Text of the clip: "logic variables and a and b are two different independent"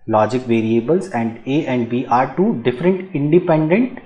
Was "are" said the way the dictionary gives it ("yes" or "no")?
yes